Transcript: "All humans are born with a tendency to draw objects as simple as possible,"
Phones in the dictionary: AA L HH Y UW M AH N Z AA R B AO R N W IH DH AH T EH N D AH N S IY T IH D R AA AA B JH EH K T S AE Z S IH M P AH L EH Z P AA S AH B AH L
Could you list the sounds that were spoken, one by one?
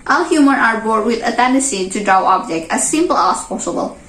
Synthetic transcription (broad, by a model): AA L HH Y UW M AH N AA R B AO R W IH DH AH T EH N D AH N S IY T IH D R AA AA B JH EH K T AE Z S IH M P AH L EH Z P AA S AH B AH L